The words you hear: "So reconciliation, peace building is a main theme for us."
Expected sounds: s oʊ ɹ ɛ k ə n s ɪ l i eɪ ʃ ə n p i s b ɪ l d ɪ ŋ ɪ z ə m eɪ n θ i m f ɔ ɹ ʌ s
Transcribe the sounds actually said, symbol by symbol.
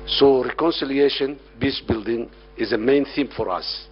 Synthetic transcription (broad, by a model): s oʊ ɹ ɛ k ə n s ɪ l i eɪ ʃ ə n b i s b ɪ l d ɪ ŋ ɪ z ə m eɪ n θ i m f ɔ ɹ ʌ s